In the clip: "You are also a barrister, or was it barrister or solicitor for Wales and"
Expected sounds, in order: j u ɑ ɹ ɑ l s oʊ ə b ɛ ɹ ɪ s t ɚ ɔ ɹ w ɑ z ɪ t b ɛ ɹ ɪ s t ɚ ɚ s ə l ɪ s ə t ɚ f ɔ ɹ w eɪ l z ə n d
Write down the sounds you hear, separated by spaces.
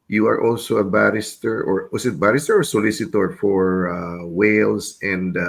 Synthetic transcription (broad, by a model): j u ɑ ɹ ɑ l s oʊ ə b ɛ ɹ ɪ s t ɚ ɔ ɹ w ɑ s ɪ t b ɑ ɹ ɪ s t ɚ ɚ s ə l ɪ s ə t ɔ f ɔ ɹ w eɪ l s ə n d